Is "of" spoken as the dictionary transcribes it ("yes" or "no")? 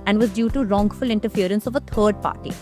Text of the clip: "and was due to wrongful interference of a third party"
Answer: yes